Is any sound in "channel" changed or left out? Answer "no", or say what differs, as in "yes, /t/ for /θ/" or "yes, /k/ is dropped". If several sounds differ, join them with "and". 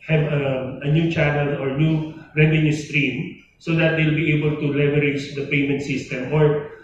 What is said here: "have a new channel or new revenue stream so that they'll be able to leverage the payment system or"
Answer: no